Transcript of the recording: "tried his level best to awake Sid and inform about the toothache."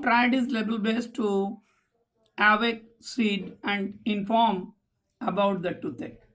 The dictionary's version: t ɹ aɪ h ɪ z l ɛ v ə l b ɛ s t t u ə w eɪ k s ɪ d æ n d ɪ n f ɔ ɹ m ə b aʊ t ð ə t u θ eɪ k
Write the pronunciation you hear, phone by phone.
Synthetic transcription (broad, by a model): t ɹ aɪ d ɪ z l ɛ b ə l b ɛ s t t u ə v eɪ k s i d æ n d ɪ n f ɔ ɹ m ə b aʊ t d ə t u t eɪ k